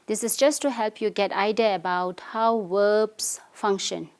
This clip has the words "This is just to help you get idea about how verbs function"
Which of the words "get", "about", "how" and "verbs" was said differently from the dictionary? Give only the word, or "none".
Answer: verbs